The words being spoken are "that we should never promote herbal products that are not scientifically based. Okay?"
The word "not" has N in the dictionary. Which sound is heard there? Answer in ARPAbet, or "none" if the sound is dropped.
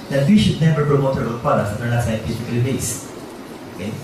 L